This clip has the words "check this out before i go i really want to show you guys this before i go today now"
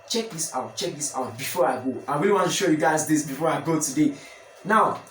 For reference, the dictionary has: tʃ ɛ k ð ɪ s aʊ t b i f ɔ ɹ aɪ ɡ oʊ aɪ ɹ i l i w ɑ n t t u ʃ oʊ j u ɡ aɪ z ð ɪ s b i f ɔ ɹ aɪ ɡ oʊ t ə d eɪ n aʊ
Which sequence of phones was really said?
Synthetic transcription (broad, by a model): tʃ ɛ k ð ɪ s aʊ t b i f ɔ ɹ aɪ ɡ oʊ aɪ w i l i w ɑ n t t u ʃ oʊ j u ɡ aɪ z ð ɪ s b i f ɔ ɹ aɪ ɡ oʊ t ə d eɪ n aʊ